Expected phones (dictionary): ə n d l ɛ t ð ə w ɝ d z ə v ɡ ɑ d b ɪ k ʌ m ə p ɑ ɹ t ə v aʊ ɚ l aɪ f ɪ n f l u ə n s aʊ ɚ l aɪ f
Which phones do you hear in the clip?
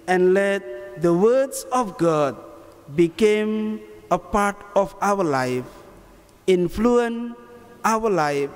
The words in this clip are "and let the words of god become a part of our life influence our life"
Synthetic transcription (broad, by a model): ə n l ɛ t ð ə w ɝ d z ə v ɡ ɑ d b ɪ k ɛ m ə p ɑ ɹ t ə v aʊ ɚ l aɪ f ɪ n f l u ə n aʊ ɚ l aɪ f